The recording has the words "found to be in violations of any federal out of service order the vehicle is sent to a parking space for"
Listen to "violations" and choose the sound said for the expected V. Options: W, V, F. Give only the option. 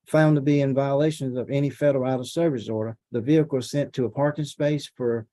V